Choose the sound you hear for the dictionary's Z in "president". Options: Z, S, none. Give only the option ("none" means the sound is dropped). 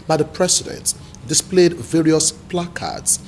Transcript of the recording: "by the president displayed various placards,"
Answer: S